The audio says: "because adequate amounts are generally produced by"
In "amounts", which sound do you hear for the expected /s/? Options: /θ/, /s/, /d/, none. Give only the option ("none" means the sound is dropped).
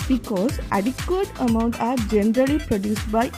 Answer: none